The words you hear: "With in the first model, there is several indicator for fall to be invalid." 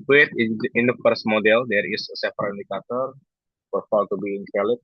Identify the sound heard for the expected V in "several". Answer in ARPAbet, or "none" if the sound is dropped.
F